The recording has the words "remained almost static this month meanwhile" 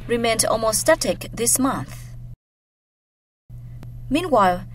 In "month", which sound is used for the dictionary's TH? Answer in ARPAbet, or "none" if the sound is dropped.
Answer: TH